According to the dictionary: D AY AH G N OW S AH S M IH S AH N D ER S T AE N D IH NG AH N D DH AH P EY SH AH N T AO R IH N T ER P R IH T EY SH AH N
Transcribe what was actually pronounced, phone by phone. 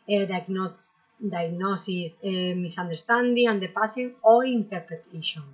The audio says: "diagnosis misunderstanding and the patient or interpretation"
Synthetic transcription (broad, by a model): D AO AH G N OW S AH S M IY S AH N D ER S T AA N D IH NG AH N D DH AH P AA S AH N AO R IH N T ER P R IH T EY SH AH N